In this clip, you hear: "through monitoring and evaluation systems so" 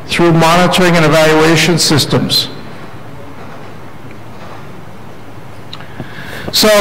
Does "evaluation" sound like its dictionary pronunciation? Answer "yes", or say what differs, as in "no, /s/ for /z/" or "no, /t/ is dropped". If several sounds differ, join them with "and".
yes